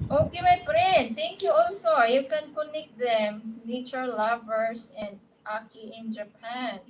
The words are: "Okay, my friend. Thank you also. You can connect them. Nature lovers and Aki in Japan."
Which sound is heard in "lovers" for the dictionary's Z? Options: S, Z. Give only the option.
S